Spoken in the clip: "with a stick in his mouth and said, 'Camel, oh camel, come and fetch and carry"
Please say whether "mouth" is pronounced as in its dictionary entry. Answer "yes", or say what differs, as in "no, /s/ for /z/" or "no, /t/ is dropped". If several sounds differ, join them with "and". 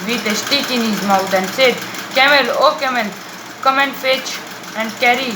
no, /t/ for /θ/